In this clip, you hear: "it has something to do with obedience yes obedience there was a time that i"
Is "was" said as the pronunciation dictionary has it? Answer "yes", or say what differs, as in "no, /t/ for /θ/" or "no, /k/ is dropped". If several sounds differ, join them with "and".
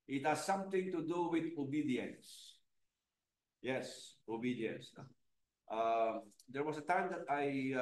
no, /s/ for /z/